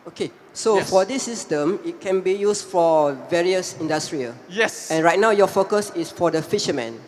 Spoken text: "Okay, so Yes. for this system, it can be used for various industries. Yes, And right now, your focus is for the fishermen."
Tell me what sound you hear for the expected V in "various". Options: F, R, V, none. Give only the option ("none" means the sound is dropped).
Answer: V